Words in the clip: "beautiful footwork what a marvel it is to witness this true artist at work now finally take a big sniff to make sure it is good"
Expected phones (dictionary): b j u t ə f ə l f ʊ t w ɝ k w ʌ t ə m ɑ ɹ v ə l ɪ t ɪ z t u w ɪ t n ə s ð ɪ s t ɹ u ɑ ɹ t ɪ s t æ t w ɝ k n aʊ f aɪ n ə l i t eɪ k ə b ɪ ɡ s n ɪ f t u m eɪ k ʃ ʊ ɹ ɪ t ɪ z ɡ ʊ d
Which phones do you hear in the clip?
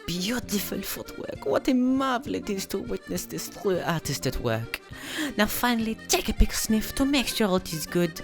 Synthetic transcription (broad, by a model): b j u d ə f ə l f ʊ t w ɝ k w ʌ t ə m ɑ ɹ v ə l ɪ t ɪ z t u w ɪ t n ə s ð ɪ s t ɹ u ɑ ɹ t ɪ s t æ t w ɝ k n aʊ f aɪ n ə l i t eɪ k ə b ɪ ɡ s n ɪ f t u m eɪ k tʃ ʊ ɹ ɪ t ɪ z ɡ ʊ d